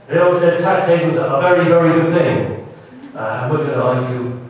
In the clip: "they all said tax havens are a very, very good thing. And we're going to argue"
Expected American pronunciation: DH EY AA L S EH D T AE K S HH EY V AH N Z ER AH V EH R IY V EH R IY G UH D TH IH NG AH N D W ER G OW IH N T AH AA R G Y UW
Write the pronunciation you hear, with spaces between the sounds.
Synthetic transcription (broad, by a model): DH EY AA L S EH D T AE K S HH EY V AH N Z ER AH V EH R IY V EH R IY G UH D TH IH NG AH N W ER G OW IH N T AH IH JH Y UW